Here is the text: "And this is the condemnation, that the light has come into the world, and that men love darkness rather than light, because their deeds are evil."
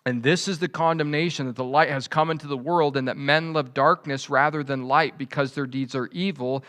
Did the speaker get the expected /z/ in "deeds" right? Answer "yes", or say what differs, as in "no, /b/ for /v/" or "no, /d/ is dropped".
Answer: yes